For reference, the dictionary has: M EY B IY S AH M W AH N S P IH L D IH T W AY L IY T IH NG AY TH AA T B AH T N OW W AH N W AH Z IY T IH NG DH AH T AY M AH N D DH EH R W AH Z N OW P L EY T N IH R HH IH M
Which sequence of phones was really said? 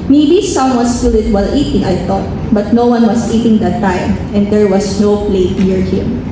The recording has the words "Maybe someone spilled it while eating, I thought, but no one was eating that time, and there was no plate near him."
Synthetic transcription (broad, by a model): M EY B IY S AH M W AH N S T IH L IH T W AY L IY T IH NG AY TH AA T B AH T N OW W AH N W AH S IY T IH NG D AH T AY M AH N D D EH R W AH S N OW P L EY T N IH R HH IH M